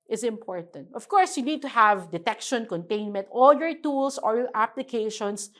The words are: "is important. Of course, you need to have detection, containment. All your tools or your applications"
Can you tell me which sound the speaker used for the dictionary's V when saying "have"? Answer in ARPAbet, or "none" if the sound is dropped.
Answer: V